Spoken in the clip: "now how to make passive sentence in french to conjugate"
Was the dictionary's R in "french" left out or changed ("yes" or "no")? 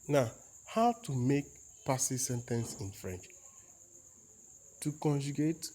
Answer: no